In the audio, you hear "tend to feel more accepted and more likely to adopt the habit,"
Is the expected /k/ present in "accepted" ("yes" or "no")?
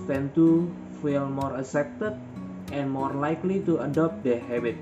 no